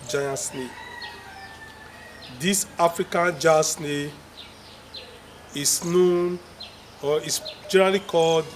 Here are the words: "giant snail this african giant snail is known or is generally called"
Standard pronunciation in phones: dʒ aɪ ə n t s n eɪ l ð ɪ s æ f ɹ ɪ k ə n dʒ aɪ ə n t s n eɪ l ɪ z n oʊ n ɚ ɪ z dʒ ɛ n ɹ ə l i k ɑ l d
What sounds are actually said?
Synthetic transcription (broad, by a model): dʒ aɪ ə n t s n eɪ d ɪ s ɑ f ɹ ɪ k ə n dʒ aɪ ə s n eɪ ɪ s n oʊ n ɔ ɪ s dʒ ɛ n ɹ ə l i k ɑ l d